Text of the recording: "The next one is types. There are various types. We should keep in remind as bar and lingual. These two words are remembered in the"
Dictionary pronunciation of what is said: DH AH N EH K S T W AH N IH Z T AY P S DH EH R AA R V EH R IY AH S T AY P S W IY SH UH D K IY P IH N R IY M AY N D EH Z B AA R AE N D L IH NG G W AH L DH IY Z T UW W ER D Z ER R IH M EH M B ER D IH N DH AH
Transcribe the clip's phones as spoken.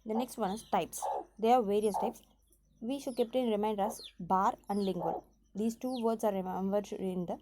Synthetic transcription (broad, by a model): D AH N EH K S T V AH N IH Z T AY P S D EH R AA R V EH R IY AH S T AY P S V IY SH UH D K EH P IH N R IY M AY N D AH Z B AA R AE N D L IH NG G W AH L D IY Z T UW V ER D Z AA R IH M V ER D IH N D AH